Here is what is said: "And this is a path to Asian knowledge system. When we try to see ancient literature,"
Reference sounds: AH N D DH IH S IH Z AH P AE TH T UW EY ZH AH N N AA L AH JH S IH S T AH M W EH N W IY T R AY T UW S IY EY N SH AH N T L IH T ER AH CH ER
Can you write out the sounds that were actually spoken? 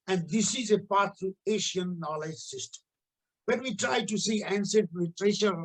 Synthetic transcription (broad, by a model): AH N D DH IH S IH Z AH P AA T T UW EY SH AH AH N AA L AH JH S IH S T AH M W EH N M IY T R AY T UW S IY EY N S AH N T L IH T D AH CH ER